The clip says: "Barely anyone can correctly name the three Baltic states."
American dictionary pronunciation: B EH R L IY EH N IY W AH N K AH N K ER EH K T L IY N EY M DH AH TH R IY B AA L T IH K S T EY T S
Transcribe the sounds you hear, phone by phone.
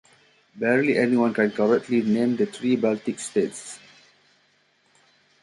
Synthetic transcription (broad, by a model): B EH R L IY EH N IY W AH N K AH N K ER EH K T L IY N EY M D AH T R IY B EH L T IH K S T EY T S